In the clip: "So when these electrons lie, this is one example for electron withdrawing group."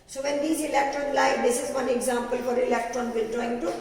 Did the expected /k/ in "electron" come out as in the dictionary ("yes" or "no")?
yes